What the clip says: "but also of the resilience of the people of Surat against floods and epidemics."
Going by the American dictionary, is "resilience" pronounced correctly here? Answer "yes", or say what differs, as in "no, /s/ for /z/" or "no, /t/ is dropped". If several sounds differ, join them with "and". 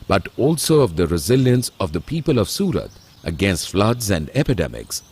yes